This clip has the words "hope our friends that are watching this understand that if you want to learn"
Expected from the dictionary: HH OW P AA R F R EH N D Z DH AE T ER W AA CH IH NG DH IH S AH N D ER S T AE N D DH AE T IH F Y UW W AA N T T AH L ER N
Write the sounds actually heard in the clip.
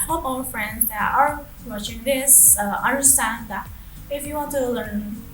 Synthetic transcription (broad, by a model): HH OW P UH L F R EH N D Z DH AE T ER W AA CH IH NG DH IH S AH N D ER S T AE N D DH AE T IH F Y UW W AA N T T AH L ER N